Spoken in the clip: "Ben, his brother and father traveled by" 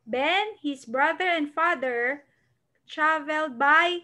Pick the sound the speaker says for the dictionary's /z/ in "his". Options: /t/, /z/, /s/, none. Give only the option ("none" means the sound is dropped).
/s/